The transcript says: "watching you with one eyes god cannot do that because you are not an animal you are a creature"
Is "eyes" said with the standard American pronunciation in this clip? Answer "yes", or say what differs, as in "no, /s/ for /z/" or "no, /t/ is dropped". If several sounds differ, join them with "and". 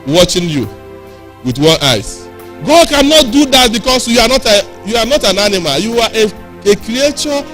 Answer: no, /s/ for /z/